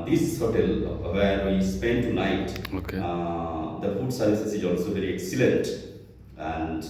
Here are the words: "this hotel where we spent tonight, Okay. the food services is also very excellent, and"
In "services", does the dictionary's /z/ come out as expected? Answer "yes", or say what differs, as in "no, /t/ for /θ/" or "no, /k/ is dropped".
no, /s/ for /z/